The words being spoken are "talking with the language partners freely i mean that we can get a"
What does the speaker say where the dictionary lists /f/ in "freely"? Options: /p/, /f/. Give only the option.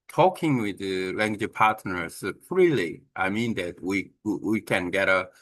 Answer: /p/